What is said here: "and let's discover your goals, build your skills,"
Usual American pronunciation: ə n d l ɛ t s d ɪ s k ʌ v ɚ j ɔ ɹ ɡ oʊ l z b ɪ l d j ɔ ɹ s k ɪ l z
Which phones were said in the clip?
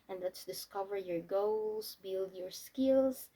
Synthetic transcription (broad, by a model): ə n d l ɛ t s d ɪ s k ʌ v ɚ j ɔ ɹ ɡ oʊ l s b ɪ l d j ɔ ɹ s k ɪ l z